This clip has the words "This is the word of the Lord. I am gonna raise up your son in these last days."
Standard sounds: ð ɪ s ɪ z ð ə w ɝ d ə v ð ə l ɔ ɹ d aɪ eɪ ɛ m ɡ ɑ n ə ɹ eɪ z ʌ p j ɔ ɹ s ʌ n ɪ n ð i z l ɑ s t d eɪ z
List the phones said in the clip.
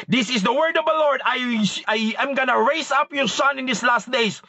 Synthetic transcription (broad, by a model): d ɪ s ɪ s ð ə w ɝ d ə v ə l ɔ ɹ d aɪ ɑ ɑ m ɡ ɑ n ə ɹ eɪ s ʌ p j ɔ ɹ s ʌ n ɪ n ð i s l ɑ s t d eɪ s